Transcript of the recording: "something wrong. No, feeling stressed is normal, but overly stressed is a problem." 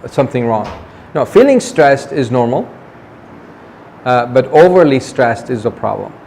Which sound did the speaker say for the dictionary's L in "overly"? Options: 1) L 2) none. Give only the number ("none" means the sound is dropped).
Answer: 1